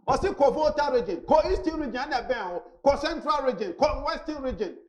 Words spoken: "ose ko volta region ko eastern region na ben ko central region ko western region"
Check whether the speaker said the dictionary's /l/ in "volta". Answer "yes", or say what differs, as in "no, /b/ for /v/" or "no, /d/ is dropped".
no, /l/ is dropped